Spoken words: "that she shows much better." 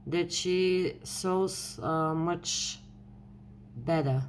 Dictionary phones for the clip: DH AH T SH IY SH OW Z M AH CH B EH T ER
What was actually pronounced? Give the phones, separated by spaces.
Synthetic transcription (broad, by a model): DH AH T SH IY S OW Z M AH CH B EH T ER